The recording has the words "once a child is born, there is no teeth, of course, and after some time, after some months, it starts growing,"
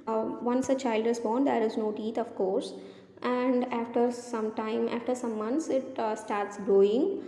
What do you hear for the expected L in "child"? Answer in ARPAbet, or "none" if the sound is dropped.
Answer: L